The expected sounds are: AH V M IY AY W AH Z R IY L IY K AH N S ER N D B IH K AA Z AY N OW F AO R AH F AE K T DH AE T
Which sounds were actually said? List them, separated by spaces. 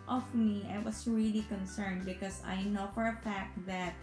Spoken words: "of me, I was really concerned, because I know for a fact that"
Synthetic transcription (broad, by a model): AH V M IY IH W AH S R IY L IY K AH N S ER N D B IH K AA S AY N OW F AO R AH F AE K T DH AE T